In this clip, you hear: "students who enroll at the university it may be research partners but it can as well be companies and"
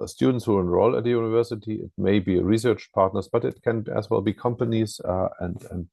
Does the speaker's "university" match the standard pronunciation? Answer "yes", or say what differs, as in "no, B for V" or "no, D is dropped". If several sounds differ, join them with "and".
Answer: yes